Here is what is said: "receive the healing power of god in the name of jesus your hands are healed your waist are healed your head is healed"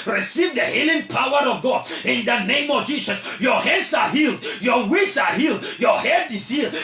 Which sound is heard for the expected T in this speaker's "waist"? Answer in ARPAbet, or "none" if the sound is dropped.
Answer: none